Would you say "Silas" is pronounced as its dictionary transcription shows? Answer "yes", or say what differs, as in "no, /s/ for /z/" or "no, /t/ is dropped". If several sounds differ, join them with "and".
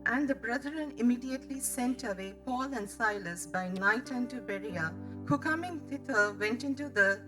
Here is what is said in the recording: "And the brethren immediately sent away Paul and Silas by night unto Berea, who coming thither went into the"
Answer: yes